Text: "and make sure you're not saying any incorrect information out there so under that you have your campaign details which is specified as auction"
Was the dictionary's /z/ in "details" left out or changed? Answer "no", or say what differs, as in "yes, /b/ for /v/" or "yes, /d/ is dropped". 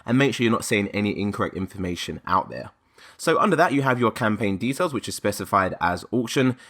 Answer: no